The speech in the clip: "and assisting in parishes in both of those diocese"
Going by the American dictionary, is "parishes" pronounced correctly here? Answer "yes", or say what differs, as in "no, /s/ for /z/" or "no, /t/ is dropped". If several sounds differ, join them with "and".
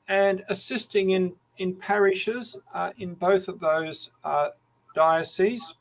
yes